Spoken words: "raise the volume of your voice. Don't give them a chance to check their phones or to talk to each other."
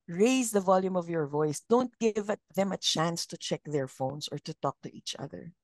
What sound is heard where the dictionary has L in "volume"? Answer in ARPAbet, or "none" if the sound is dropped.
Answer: L